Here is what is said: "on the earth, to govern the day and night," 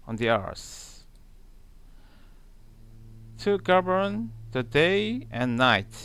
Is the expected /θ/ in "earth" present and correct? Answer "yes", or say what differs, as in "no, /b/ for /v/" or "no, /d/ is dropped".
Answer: no, /s/ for /θ/